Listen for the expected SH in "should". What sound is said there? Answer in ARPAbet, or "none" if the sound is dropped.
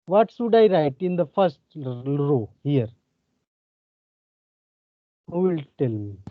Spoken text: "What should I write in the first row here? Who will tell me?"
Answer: S